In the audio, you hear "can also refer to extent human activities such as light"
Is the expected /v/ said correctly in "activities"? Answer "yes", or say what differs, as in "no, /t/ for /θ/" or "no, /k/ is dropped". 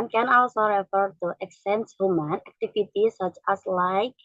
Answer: no, /f/ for /v/